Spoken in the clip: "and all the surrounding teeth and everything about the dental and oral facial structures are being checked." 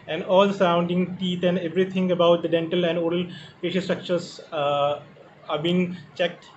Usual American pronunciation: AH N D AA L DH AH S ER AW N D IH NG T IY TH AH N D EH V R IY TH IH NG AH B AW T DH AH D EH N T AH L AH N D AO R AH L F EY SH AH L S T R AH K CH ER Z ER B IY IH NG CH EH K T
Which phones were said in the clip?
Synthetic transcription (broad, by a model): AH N D AA L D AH S ER AW N D IH NG T IY T AH N D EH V R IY T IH NG AH B AW T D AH D EH N T AH L AH N D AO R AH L P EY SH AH S T R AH K CH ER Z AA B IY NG CH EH K T